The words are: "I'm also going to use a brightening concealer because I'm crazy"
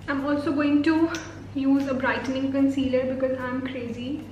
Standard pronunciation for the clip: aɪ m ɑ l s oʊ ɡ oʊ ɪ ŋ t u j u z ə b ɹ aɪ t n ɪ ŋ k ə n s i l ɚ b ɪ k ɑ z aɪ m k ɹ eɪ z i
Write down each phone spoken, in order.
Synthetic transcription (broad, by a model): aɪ m ɑ l s oʊ ɡ oʊ ɪ ŋ t u j u z ə b ɹ aɪ t n ɪ ŋ k ə n s i l ɚ b ɪ k ɑ z aɪ m k ɹ eɪ z i